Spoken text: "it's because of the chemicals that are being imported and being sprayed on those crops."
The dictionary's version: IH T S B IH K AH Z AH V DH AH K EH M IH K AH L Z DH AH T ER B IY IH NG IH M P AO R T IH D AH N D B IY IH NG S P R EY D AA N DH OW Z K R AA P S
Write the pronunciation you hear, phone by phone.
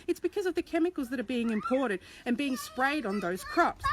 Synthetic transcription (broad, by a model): IH T S B IH K AH Z AH V DH AH K EH M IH K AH L Z DH AH T ER B IY IH NG IH M P AO R T IH D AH N B IY IH NG S P R EY D N DH OW Z K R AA P S